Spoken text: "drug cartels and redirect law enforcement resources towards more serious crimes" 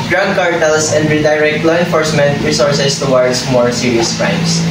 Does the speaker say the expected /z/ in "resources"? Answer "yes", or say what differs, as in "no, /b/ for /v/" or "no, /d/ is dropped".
no, /s/ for /z/